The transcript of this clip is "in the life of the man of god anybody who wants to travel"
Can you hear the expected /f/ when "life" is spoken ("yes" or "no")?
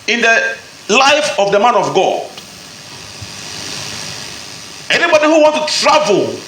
yes